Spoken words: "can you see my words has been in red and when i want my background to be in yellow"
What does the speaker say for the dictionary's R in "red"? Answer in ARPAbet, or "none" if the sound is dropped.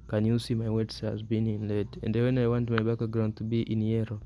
L